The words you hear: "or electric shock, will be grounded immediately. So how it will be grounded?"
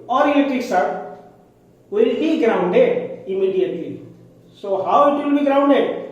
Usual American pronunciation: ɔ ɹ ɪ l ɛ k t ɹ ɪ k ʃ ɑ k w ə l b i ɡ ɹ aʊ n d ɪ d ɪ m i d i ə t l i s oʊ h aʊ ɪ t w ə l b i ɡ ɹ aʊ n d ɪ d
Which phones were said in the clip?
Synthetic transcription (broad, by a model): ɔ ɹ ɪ ɛ t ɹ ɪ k s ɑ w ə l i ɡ ɹ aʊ n d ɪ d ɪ m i d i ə t l i s oʊ h aʊ ɪ t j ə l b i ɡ ɹ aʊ n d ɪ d